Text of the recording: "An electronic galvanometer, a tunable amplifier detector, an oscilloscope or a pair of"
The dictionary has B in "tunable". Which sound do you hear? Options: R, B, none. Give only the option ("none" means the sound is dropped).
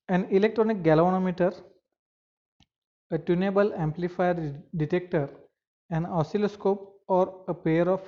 B